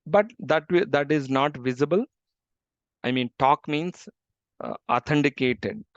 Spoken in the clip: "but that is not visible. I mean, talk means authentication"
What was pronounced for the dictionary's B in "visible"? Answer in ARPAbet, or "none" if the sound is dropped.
B